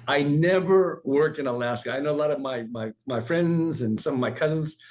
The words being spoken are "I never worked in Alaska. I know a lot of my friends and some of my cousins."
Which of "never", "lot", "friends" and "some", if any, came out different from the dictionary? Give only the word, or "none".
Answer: none